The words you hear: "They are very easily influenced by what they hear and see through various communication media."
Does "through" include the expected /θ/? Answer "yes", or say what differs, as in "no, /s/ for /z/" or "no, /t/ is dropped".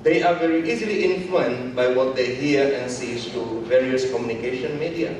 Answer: no, /s/ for /θ/